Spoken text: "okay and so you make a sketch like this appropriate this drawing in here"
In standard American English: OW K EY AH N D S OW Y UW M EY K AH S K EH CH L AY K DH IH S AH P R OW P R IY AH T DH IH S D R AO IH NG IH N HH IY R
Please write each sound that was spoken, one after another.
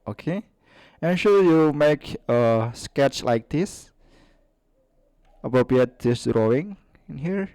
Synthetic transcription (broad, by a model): OW K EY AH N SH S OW Y UW M EY K AH S K EH CH L AY K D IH S AH P R OW P R IY AH T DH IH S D R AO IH NG IH N HH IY R